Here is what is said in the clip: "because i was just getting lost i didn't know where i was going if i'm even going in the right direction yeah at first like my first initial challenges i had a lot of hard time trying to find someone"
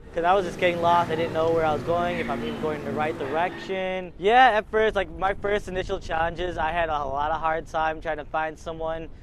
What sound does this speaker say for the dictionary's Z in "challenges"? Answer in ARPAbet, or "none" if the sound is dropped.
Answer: Z